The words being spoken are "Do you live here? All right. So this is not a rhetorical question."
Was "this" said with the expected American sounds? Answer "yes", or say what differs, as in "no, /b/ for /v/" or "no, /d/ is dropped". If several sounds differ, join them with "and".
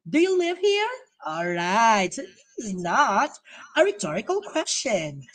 no, /s/ is dropped